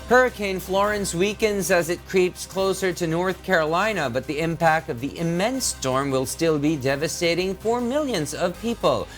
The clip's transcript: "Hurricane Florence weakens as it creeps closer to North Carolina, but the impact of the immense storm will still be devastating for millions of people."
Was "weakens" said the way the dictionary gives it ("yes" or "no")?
yes